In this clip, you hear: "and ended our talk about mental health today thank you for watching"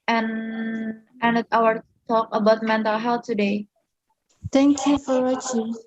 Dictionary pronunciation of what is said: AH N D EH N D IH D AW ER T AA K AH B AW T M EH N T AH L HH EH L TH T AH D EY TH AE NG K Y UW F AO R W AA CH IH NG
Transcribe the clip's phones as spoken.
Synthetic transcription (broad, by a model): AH N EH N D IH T AW ER T AA K AH B AW T M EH N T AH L HH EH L T AH D EY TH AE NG K Y UW F AO R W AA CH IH